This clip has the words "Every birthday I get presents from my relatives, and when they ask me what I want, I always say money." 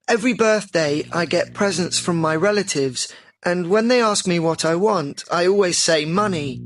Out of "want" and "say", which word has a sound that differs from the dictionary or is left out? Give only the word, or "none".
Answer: none